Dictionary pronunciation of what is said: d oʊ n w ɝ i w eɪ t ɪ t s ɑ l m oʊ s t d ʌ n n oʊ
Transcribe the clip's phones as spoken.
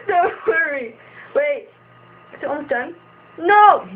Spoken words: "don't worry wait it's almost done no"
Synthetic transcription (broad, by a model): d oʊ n w ɝ i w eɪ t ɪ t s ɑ m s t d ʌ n n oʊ